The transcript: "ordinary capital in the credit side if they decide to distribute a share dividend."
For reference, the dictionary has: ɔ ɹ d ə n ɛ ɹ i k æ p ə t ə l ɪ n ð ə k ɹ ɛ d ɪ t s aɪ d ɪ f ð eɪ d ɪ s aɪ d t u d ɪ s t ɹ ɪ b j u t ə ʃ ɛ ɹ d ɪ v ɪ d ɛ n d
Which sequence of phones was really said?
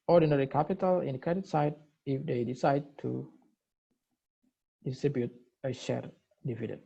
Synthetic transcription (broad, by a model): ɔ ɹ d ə n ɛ ɹ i k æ p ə t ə l ɪ n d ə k ɛ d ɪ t s aɪ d ɪ f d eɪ d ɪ s aɪ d t u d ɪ s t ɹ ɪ b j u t ə ʃ ɛ ɹ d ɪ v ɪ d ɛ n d